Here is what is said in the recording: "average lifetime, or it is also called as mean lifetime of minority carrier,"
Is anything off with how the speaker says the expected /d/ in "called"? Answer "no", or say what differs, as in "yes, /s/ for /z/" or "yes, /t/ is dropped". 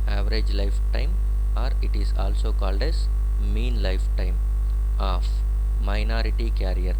no